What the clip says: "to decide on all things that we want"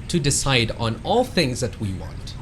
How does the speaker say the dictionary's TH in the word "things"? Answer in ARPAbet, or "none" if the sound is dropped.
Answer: TH